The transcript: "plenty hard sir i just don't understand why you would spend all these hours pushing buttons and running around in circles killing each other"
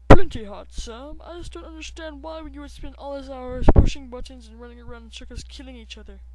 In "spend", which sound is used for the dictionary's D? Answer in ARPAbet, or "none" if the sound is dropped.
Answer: none